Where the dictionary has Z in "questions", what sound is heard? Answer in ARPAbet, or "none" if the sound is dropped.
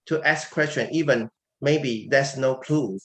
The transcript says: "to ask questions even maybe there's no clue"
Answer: none